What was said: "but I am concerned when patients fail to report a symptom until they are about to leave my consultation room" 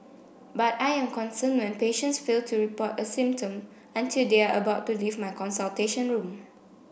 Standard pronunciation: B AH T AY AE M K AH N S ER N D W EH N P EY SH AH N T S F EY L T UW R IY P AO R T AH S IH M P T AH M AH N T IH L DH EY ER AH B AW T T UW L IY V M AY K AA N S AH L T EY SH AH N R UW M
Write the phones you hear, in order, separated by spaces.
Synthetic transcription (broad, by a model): B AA T AY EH M K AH N S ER N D W EH N P EY SH AH N T S F EY L T UW R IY P AO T AH S IH M P T AH M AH N T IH L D EY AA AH B AW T T UW L IY V M AY K AA N S AH L T EY SH AH N R UW M